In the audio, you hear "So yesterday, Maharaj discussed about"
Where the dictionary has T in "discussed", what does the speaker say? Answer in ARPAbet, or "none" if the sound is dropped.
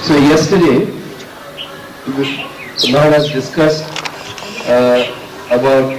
T